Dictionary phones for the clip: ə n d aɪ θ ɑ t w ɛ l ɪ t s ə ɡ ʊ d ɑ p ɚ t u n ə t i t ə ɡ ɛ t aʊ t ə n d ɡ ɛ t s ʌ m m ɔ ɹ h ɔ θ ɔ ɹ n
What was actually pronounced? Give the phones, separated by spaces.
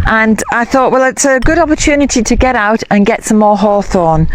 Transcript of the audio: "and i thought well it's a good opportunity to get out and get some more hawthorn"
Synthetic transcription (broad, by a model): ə n aɪ θ ɑ t w ɛ l ɪ t s ə ɡ ʊ d ɑ p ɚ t u n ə t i t ə ɡ ɛ t aʊ t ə n ɡ ɛ t s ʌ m m ɔ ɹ h ɔ θ ɔ n